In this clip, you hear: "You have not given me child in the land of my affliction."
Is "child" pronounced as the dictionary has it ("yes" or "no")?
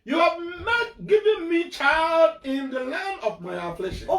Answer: yes